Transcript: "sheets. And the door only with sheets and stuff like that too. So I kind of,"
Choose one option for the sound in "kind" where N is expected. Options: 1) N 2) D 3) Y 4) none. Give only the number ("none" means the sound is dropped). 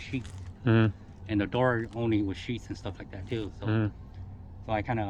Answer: 1